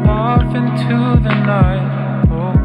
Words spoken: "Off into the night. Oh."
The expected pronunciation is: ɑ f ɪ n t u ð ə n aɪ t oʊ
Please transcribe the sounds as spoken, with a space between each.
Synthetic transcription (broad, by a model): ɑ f ɪ n t u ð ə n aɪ oʊ